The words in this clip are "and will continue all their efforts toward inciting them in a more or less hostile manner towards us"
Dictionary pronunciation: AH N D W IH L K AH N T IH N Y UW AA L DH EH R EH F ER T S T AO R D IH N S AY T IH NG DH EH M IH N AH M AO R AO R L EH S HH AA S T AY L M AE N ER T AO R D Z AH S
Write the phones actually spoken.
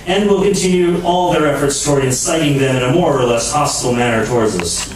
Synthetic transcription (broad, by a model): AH N D W IH L K AH N T IH N Y UW AA L DH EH R EH F ER T S T AO R D IH N S AY T IH NG DH EH M IH N AH M AO R AO R L EH S HH AA S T L M AE N ER T AO R D Z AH S